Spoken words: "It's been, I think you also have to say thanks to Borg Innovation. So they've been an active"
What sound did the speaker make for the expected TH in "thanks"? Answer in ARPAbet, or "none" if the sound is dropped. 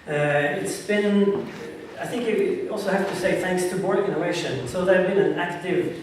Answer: TH